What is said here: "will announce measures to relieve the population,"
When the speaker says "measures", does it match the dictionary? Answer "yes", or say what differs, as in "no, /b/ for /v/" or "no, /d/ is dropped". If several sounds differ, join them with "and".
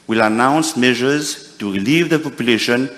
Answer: yes